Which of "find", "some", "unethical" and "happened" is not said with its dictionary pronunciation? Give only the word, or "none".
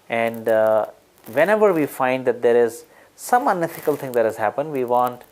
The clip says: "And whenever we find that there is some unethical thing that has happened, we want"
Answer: unethical